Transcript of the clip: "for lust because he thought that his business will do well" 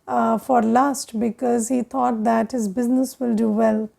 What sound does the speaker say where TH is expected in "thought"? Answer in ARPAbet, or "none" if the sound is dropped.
T